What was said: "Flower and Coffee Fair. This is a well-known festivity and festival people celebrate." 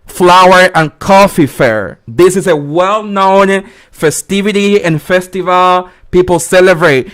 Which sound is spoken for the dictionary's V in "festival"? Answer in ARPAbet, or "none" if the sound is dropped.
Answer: V